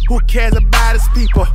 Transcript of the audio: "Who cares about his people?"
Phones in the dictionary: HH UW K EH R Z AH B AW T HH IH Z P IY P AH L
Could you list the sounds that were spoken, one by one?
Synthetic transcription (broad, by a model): HH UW K EH R Z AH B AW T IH S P IY P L